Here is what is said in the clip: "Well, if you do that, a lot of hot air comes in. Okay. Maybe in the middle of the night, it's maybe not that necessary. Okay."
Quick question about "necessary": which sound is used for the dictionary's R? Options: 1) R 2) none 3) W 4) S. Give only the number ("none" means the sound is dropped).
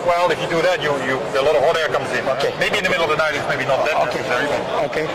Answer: 3